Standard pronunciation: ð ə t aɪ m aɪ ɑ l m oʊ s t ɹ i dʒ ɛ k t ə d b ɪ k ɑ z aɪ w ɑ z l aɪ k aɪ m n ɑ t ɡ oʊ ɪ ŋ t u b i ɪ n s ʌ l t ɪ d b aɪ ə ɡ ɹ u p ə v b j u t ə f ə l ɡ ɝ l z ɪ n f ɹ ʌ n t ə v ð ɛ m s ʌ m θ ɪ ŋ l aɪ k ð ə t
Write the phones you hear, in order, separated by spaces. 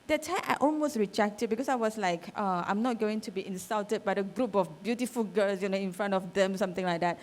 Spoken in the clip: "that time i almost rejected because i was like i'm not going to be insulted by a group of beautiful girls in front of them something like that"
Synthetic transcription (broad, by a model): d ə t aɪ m ɑ l m oʊ s t ɹ i dʒ ɛ k t ə d b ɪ k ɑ s aɪ w ɑ s l aɪ k aɪ m n ɑ t ɡ oʊ ɪ ŋ t u b i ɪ n s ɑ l t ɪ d b aɪ ə ɡ ɹ u p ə f b j u t ə f ə l ɡ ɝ l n ɪ n f ɹ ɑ n t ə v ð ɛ m s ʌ m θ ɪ ŋ l aɪ k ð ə t